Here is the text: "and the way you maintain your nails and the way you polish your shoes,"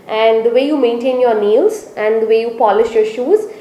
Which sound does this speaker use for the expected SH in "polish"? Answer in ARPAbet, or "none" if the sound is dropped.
SH